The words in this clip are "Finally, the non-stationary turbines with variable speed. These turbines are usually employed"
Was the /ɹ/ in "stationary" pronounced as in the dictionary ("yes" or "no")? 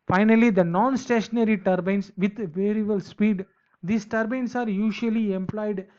yes